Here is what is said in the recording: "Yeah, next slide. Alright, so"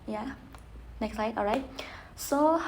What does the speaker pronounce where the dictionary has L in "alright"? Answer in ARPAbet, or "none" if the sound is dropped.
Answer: none